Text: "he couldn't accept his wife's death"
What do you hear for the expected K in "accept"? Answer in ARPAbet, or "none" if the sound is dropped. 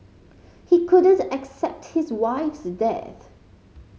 K